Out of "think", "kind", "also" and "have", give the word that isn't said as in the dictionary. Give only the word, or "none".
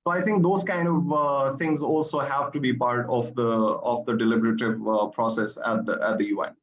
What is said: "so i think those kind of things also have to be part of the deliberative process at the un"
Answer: think